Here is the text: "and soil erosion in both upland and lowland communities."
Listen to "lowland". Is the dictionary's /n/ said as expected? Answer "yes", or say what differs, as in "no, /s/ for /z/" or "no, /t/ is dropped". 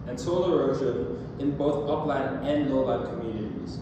no, /n/ is dropped